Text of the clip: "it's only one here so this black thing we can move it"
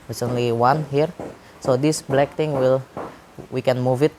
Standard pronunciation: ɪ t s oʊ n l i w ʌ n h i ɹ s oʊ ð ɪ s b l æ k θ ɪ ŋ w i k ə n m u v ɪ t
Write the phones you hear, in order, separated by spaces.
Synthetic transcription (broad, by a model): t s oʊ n l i w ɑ n h i ɹ s oʊ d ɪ s b l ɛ k t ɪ ŋ w i k ə n m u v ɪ t